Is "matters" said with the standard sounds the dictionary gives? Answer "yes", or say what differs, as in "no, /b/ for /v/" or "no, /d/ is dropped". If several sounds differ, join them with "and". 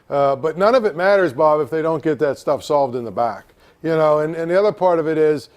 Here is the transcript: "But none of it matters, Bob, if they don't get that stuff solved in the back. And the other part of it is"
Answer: yes